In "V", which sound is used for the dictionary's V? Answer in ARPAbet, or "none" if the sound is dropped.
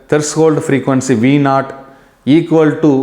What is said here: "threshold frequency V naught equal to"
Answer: V